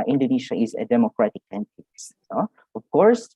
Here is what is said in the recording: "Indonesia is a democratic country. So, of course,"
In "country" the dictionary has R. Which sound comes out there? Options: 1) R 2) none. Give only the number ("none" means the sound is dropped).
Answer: 2